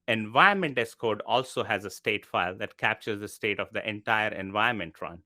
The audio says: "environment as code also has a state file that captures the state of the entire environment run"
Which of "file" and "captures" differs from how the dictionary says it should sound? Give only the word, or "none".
none